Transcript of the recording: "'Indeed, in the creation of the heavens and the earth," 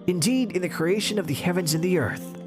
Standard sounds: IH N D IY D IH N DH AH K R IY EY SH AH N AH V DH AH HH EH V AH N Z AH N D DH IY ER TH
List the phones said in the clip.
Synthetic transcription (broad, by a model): IH N D IY D IH N DH AH K R IY EY SH AH N AH V DH AH HH EH V AH N Z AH N DH IY ER TH